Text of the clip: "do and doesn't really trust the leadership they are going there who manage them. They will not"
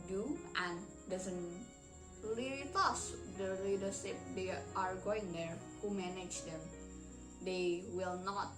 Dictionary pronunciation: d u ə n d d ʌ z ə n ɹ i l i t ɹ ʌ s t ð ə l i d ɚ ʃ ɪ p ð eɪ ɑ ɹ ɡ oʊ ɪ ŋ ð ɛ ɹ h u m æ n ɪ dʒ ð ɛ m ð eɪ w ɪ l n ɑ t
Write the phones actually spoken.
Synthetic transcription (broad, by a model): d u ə n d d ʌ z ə n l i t ʌ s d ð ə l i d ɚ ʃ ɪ p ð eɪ ɑ ɹ ɡ oʊ ɪ ŋ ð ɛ ɹ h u m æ n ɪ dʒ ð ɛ m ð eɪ w ɪ l n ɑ t